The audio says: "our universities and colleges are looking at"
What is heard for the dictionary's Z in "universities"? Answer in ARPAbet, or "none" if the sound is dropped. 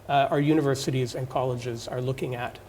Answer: Z